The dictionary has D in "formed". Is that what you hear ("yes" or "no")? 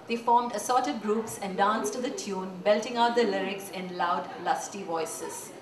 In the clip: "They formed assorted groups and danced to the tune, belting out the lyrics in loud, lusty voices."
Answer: yes